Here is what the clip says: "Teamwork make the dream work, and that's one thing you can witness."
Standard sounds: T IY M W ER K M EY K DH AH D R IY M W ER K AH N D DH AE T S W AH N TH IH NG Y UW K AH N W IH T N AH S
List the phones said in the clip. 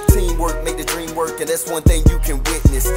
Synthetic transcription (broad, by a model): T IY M W ER K M EY K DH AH D R IY M W ER K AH N DH AE T S W AH N TH IH NG Y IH K AH N W IH T N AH S